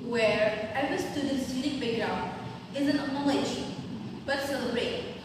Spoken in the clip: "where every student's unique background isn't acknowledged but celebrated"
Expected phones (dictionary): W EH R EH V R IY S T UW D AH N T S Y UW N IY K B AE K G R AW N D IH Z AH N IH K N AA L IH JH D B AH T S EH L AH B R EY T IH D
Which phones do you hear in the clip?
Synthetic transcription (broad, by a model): W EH R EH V IY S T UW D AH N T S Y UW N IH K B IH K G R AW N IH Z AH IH N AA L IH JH B AH T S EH L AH B R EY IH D